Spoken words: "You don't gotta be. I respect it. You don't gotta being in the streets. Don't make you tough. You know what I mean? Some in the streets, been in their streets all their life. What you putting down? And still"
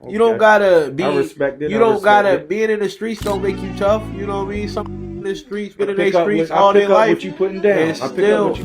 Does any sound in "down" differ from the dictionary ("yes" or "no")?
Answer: yes